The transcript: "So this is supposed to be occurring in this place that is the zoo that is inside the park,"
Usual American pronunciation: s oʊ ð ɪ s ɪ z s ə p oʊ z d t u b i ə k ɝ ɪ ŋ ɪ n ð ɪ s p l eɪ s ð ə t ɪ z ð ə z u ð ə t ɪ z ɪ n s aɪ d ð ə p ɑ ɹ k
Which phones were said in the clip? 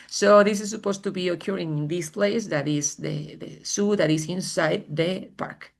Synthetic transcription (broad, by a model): s oʊ ð ɪ s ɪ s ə p oʊ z t u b i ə k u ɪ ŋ ɪ n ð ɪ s p l eɪ s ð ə t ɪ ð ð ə s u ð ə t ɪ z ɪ n s aɪ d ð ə p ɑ ɹ k